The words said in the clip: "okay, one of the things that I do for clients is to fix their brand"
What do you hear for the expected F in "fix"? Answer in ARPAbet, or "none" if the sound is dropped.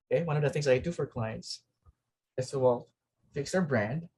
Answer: F